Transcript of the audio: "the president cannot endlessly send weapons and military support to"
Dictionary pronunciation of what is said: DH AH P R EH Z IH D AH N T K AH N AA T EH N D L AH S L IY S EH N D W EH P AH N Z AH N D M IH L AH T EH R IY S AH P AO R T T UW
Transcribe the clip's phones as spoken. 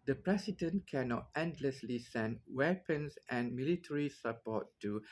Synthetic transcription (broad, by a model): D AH P R EH S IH D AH N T K AH N AA T EH N D L AH S L IY S EH N D W EH P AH N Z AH N M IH L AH T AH R IY S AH P AO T T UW